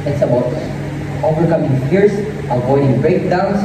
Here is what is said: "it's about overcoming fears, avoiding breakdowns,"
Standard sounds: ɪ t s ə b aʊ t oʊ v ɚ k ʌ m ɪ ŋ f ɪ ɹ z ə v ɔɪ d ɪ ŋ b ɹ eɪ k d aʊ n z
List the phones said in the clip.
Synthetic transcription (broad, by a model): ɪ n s ə b aʊ t oʊ v ɚ k ʌ m ɪ ŋ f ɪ ɹ s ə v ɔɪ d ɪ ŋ b ɹ eɪ k d aʊ n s